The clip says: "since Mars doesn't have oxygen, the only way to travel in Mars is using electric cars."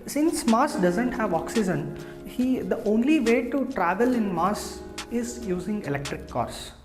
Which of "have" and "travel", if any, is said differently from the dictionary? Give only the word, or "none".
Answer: none